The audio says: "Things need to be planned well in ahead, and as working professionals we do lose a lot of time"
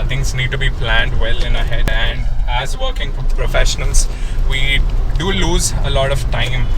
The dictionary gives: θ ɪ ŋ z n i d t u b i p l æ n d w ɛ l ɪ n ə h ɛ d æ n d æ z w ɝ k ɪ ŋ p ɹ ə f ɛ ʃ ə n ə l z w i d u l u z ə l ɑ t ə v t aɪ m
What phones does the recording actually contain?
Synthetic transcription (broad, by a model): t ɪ ŋ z n i d t u b i p l æ n d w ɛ l ɪ n ə h ɛ d æ n d æ z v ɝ k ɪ ŋ p ɹ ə f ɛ ʃ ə n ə l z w i d u l u z ə l ɑ t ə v t aɪ m